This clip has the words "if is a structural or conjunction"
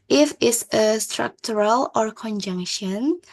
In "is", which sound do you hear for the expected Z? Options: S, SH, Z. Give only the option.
S